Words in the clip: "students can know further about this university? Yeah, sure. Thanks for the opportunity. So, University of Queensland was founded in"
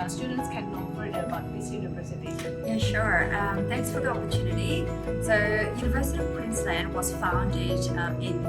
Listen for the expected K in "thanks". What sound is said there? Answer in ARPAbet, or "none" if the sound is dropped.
K